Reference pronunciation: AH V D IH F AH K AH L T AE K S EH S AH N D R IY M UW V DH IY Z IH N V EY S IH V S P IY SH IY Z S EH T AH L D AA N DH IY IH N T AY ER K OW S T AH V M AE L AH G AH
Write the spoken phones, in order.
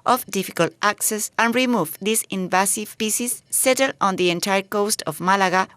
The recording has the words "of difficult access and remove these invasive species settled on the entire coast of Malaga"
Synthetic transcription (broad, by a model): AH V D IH F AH K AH L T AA K S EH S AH N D R IY M UW V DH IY S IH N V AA S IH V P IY S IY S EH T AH L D AA N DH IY IH N T AY ER K OW S T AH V M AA L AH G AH